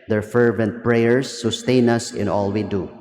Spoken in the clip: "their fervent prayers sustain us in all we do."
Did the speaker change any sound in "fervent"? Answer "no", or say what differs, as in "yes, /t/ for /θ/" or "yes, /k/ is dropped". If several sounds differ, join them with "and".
no